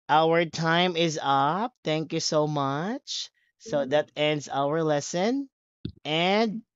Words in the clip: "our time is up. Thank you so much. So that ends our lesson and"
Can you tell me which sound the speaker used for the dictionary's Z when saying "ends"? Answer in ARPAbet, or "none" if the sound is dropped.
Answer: Z